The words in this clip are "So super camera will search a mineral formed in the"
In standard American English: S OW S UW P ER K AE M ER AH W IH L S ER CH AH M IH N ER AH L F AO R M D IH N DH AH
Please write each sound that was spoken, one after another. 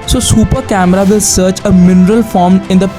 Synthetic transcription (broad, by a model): S OW S UW P ER K AE M ER AH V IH L S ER CH AH M IH N ER AH L F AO R M IH N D AH